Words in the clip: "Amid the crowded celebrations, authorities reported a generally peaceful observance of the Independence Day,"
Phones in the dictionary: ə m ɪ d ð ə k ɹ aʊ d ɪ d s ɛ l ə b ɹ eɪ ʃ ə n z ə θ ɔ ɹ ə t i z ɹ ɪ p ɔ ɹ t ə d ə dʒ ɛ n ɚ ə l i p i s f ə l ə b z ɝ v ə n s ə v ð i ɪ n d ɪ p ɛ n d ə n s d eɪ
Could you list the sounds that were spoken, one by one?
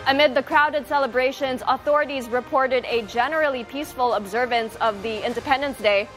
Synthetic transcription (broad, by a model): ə m ɪ d ð ə k ɹ aʊ d ɪ d s ɛ l ə b ɹ eɪ ʃ ə n z ə θ ɔ ɹ ə t i z ɹ ɪ p ɔ ɹ t ə d ə dʒ ɛ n ɚ l i p i s f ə l ə b z ɝ v ə n s ə v ð i ɪ n d ɪ p ɛ n d ə n s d eɪ